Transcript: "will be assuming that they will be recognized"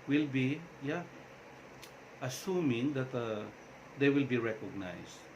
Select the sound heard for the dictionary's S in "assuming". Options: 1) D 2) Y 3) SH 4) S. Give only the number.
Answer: 4